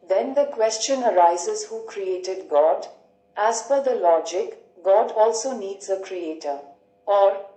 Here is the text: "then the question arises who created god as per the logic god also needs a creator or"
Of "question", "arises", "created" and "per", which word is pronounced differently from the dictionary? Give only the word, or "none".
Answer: per